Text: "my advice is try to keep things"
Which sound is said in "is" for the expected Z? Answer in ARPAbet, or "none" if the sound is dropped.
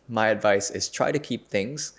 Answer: S